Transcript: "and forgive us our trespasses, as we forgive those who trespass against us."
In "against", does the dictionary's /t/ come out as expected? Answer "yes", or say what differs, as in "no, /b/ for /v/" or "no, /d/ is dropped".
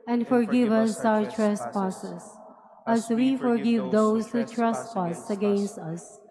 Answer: yes